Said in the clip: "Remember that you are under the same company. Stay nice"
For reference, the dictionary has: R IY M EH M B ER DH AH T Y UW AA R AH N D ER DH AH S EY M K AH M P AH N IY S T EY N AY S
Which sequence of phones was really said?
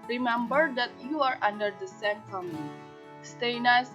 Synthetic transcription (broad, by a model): R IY M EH M B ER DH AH T Y UW AA R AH N D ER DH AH S EY M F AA M AH L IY S T EY N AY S